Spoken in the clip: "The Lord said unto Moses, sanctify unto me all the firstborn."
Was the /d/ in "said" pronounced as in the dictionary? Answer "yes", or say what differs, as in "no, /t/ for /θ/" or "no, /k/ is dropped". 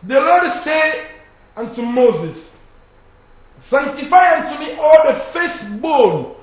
no, /d/ is dropped